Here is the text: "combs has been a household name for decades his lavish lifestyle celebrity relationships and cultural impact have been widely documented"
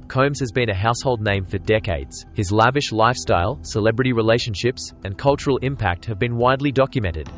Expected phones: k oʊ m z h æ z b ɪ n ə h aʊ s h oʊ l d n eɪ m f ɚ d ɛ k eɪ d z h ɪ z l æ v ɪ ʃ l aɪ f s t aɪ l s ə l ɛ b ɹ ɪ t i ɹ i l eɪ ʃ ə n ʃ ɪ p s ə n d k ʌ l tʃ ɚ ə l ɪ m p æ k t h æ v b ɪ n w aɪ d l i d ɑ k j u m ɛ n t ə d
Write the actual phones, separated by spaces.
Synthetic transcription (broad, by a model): k oʊ m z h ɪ z b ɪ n ə h aʊ s h oʊ l d n eɪ m f ɚ d ɛ k eɪ d z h ɪ z l æ v ɪ ʃ l aɪ f s t aɪ l s ə l ɛ b ɹ ɪ t i ɹ i l eɪ ʃ ə n ʃ ɪ p s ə n k ʌ l tʃ ɚ ə l ɪ m p æ k t h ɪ v b ɪ n w aɪ d l i d ɑ k j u m ɛ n t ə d